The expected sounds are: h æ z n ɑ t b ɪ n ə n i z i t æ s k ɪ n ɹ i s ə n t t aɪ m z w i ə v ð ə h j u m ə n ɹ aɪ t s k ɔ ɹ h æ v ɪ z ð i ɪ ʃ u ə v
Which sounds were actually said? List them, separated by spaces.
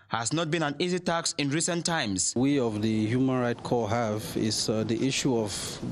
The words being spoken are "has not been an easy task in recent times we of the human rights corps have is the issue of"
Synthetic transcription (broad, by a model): h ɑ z n ɑ t b ɪ n ə n i z i t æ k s ɪ n ɹ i s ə n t t aɪ m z w i ə v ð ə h j u m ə n ɹ aɪ t k ɔ h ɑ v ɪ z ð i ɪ ʃ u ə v